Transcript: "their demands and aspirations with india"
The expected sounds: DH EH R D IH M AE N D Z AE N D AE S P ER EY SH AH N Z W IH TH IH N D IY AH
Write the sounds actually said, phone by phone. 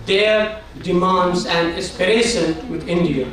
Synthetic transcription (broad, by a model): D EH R D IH M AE N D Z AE N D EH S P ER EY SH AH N W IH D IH N D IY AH